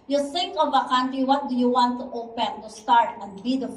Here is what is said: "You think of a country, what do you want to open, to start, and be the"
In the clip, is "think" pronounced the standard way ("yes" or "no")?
no